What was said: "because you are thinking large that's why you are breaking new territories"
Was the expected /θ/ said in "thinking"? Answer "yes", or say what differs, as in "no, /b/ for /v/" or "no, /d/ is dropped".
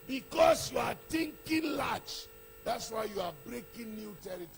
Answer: no, /t/ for /θ/